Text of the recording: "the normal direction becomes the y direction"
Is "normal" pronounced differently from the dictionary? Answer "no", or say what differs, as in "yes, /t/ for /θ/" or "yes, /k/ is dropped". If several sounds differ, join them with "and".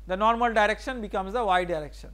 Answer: no